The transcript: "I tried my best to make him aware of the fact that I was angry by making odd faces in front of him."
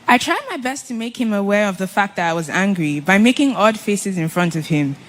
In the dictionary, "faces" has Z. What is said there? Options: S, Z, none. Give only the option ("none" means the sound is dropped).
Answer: Z